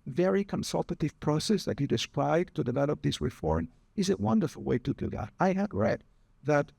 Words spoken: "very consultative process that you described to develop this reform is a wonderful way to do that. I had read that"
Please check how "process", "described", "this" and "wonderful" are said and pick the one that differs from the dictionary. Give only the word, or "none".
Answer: described